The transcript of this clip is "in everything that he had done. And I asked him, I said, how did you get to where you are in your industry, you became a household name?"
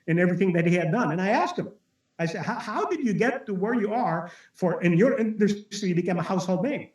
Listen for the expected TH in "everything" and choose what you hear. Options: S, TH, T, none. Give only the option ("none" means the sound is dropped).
TH